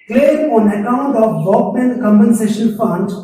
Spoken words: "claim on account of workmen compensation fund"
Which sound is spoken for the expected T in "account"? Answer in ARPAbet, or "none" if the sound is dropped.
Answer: T